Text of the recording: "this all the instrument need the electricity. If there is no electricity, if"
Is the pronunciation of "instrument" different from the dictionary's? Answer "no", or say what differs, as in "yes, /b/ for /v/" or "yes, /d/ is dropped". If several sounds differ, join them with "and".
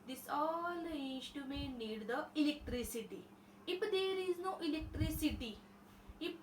yes, /ɹ/ is dropped